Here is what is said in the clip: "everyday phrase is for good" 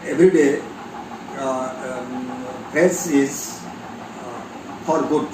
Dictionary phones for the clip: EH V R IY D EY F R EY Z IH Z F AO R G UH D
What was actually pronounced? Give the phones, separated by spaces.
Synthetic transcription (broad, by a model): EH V R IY D EY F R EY S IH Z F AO R G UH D